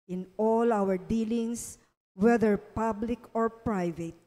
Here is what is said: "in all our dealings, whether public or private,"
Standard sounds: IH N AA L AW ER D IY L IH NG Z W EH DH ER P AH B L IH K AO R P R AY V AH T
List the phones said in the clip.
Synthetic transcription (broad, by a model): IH N AA L AW ER D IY L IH NG S W EH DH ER P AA B L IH K AO R P R AY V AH T